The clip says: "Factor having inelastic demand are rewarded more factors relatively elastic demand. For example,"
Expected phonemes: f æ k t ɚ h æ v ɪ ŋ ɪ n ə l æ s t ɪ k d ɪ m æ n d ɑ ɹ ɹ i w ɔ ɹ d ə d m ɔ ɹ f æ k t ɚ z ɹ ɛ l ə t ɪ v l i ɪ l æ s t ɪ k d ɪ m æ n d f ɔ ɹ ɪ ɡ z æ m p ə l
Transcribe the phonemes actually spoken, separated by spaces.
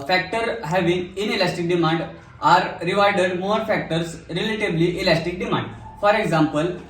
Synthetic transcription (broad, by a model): f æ k t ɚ h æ v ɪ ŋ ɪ n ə l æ s t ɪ k d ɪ m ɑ n d ɑ ɹ ɹ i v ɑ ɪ d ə d m ɔ ɹ f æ k t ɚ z ɹ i l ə t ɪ b l i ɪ l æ s t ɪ k d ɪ m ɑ n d f ɔ ɹ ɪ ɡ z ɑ m p ə l